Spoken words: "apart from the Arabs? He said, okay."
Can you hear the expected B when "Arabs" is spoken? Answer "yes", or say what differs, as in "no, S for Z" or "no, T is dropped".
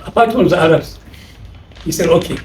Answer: no, B is dropped